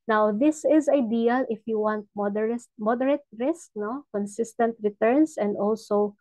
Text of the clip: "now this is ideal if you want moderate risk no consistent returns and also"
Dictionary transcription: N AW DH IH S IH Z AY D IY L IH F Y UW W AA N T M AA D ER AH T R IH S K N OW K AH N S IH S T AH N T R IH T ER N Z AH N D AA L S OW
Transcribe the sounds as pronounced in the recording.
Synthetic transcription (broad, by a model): N AW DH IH S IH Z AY D IY L IH F Y UW W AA N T M AA D ER AH T R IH S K N OW K AH N S IH S T AH N T R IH T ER N S AH N D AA L S OW